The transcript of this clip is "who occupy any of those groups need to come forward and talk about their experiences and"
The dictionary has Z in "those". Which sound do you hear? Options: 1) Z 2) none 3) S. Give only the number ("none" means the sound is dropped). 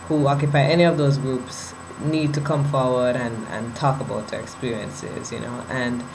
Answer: 1